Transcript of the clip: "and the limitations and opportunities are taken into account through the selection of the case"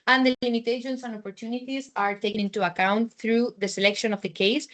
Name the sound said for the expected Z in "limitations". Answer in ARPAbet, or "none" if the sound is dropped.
S